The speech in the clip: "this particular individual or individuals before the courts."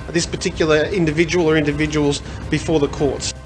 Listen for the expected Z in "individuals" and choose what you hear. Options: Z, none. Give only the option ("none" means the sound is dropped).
Z